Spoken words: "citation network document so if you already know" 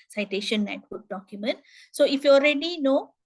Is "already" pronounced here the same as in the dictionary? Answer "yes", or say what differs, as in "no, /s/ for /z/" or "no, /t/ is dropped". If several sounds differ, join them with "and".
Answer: yes